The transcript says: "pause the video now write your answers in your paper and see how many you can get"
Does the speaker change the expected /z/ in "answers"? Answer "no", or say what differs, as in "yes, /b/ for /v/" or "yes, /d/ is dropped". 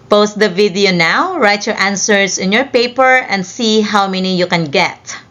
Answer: yes, /s/ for /z/